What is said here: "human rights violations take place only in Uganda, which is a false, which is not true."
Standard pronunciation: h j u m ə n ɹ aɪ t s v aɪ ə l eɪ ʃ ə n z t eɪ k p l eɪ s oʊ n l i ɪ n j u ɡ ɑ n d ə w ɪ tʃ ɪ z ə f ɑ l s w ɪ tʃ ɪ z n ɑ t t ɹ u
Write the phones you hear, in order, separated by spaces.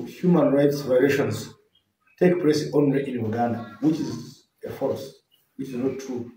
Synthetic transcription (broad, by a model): h j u m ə n ɹ aɪ t s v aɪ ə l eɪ ʃ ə n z t eɪ k p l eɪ s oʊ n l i ɪ n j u ɡ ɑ n d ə w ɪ tʃ ɪ z ə f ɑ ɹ s w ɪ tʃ ɪ z n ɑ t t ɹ u